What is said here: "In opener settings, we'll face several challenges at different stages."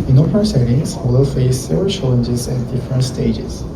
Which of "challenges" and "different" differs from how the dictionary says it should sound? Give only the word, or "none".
none